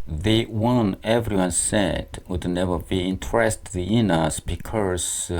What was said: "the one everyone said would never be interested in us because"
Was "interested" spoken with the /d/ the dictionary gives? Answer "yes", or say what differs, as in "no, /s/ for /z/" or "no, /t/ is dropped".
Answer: no, /d/ is dropped